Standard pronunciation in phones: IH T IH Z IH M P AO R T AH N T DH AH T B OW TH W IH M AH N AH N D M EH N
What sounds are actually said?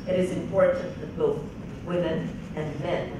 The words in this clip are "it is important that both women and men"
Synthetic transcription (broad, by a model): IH T IH Z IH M P AO R T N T DH AH T B OW TH W IH M AH N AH N M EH N